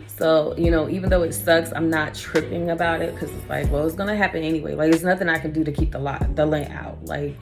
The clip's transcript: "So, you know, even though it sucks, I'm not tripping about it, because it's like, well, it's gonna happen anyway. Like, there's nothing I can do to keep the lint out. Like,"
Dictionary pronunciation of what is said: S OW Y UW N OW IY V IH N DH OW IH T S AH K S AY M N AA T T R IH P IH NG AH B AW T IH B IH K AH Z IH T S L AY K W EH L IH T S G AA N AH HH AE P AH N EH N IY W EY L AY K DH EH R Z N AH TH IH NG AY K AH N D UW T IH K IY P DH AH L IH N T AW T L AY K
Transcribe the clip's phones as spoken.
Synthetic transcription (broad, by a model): S OW Y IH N OW IY V IH N DH OW IH T S AH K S AY M N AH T T R IH P IH NG AH B AW T IH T K AH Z IH T S L AY K W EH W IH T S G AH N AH HH AE P AH N EH N IY W EY L AY K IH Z N AH TH IH NG AY K AH N D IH T IH K IY P DH AH L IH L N AW T L AY K